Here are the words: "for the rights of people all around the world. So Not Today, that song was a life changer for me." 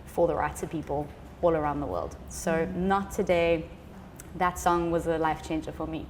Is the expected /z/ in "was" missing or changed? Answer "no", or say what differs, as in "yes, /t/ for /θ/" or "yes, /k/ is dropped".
no